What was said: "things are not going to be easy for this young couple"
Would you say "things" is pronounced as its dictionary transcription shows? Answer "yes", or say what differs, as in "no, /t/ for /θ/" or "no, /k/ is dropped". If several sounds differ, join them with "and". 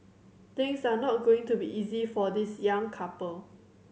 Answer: no, /t/ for /θ/ and /s/ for /z/